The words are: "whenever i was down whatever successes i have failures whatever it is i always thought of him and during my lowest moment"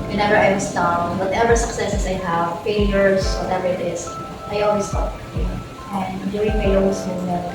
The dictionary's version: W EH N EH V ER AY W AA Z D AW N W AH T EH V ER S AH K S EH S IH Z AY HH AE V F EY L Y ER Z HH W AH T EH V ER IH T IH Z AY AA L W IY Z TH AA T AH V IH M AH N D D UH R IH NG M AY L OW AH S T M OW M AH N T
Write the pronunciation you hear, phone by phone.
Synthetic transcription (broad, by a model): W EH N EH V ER AY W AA S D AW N W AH T EH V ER S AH K S EH S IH S AY HH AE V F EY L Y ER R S W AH T EH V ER IH T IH S AY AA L W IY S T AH P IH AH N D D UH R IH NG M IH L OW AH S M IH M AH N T